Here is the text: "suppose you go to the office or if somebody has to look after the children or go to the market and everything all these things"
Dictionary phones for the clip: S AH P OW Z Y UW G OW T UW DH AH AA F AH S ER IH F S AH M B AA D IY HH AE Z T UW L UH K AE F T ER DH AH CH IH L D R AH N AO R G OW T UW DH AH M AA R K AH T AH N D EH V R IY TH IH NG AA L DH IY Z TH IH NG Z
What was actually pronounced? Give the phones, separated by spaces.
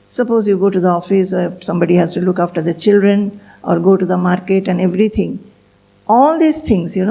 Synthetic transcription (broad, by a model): S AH P OW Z Y UW G OW T UW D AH AA F AH S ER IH S AH M B AA D IY HH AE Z T UW L UH K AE F T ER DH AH CH IH L D R AH N AO R G OW T UW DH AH M AA R K AH T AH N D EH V R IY T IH NG AA L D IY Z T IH NG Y